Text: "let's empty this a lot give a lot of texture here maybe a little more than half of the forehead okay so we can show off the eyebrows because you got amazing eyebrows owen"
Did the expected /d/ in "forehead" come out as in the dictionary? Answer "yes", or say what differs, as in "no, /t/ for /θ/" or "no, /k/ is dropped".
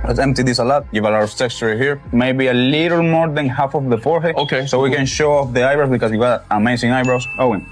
no, /d/ is dropped